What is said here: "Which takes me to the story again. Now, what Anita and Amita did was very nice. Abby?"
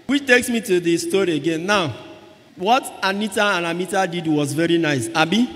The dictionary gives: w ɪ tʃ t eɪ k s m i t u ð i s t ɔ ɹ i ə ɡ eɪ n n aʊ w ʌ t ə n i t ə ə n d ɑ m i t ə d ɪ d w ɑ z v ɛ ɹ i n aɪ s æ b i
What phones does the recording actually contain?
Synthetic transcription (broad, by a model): w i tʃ t eɪ k s m i t u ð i s t ɔ ɹ i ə ɡ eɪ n n aʊ w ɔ t ə n i t ə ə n ɑ m i t ə d ɪ d w ɑ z v ɛ ɹ i n aɪ s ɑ b i